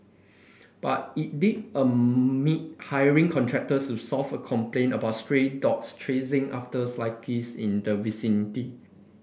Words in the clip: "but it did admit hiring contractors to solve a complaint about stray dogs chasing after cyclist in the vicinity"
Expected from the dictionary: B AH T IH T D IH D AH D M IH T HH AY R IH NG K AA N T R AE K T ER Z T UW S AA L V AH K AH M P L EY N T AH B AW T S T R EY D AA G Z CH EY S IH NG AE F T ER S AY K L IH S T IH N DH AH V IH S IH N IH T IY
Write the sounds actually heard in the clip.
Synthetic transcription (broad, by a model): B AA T IH T D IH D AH M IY T HH AY R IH NG K AA N T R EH K T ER S T UW S AA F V AH K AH M P L EY N AH B AW T S T R EY D AA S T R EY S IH NG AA F T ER S AY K IH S IH N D AH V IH S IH N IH T IY